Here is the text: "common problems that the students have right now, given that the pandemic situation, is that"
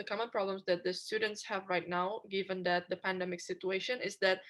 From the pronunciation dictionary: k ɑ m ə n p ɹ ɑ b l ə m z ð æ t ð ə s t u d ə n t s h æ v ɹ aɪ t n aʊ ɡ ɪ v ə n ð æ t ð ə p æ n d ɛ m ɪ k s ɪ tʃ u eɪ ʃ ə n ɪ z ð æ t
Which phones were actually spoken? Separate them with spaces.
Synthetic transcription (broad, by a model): k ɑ m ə n p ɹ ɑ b l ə m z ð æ t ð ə s t u d ə n t s h æ v ɹ aɪ t n aʊ ɡ ɪ v ə n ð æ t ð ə p æ n d ɛ m ɪ k s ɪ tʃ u eɪ ʃ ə n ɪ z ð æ t